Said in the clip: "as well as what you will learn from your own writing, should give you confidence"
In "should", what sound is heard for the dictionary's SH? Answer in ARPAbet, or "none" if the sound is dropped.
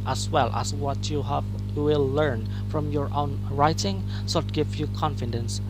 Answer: S